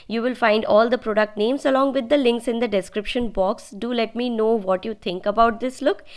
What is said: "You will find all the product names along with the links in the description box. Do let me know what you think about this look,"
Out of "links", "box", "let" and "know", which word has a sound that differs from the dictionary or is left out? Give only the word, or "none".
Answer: none